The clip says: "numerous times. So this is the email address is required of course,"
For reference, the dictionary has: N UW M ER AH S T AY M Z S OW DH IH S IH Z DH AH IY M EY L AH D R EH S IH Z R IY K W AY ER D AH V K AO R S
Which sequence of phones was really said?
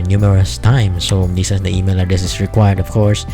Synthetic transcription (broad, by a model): N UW M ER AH S T AY M S OW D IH S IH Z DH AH IY M EY L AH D EH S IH S R IY K W AY ER D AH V K AO R S